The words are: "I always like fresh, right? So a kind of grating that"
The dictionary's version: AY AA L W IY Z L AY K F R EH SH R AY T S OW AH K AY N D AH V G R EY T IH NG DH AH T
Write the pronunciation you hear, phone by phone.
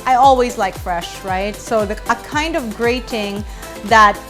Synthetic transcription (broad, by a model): AY AA L W IY Z L AY K F R EH SH R AY T S OW AH K AY N D AH V G R EY T IH NG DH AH T